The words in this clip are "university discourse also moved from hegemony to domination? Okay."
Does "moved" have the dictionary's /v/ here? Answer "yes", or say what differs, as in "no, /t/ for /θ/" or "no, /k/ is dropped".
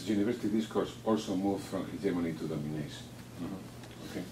no, /f/ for /v/